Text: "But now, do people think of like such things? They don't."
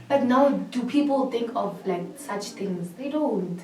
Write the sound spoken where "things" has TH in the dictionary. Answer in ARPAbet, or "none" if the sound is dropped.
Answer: T